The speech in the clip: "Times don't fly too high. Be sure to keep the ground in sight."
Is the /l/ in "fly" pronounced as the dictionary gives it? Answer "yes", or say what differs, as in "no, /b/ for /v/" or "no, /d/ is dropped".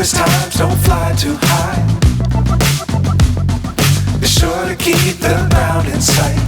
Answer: yes